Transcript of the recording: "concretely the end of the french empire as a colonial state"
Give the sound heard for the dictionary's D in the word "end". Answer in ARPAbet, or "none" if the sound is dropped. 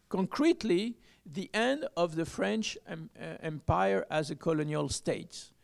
D